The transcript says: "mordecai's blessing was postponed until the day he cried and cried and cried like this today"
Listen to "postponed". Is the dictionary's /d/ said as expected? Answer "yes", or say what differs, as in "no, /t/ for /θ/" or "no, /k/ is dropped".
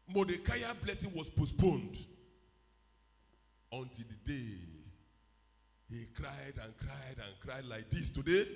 yes